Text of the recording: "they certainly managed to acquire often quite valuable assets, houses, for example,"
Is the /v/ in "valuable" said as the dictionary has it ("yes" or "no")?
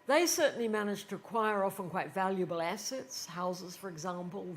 yes